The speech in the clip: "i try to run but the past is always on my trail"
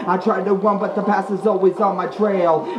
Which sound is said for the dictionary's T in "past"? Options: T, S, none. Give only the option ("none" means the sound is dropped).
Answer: none